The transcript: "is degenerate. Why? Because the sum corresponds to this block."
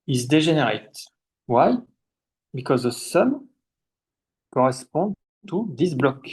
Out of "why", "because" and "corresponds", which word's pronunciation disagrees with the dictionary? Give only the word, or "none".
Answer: corresponds